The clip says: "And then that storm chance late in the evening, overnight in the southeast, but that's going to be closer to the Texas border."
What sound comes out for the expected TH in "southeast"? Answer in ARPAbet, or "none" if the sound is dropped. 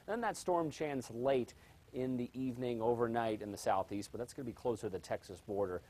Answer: TH